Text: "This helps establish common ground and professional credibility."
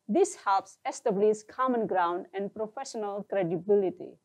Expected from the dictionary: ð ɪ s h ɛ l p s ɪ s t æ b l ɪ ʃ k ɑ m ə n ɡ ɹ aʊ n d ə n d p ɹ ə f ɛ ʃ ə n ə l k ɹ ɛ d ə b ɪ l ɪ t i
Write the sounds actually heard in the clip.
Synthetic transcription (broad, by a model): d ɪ s h ɛ l p s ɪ s t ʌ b l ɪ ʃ k ɑ m ə n ɡ ɹ aʊ n d ə n d p ɹ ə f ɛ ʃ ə n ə l k ɹ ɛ d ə b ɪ l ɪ t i